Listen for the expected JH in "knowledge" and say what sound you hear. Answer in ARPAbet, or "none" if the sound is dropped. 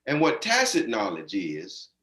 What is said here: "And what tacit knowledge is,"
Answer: JH